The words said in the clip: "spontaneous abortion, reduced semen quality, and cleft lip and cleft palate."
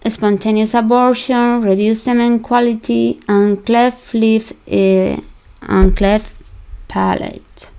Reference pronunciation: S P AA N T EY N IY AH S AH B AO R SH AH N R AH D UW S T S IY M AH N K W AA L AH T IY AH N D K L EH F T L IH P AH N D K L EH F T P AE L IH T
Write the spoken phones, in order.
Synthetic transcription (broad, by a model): S P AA N T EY N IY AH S AH B AO R SH AH N R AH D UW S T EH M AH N K W AA L AH T IY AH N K L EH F L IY F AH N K L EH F P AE L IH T